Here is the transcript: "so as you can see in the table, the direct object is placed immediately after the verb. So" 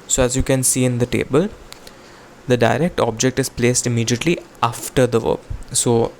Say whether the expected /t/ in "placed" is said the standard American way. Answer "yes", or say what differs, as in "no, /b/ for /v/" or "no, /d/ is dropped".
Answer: yes